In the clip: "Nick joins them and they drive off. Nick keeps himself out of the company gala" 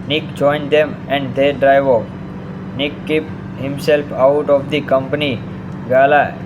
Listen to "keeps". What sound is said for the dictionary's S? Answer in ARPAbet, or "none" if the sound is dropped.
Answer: none